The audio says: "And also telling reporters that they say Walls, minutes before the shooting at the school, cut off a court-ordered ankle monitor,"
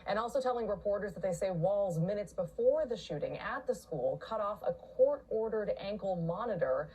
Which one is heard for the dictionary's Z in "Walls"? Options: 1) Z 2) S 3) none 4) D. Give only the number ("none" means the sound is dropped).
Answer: 1